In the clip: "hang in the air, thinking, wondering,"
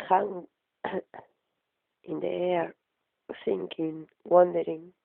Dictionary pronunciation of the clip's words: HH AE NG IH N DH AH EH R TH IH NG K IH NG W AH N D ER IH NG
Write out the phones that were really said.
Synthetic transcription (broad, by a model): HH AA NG IH N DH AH EH R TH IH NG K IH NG W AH N D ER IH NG